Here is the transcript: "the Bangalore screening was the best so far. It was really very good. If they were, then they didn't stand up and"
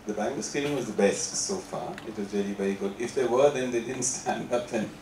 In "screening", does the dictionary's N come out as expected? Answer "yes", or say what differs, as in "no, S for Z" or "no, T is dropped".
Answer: no, L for N